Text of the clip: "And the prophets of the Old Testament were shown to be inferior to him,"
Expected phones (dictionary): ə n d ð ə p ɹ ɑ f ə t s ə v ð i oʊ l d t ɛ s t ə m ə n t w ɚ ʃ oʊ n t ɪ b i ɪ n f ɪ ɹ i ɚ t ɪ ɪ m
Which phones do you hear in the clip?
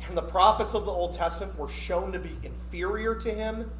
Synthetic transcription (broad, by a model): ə n ð ə p ɹ ɑ f ə t s ə v ð i oʊ l d t ɛ s t ə m ə n t w ɚ ʃ oʊ n t ɪ b i ɪ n f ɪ ɹ i ɚ t ɪ ɪ m